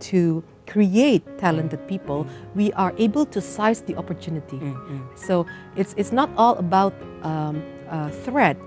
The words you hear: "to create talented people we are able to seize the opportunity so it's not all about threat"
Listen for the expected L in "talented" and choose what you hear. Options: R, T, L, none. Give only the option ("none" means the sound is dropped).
L